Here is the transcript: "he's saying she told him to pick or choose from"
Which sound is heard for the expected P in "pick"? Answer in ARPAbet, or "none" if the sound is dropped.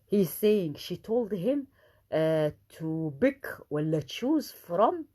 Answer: B